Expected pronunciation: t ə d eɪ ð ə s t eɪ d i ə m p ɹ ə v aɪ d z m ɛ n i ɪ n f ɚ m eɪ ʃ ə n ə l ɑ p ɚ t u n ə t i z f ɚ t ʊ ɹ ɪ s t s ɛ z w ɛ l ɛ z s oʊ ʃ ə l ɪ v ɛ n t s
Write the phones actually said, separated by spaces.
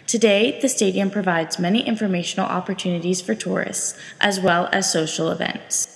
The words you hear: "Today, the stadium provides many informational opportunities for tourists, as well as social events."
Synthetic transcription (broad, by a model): t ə d eɪ ð ə s t eɪ d i ə m p ɹ ə v aɪ d z m ɛ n i ɪ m f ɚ m eɪ ʃ n l ɑ p ɚ t u n ə t i z f ɚ t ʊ ɹ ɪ s t s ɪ z w ɛ l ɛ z s oʊ ʃ l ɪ v ɛ n t s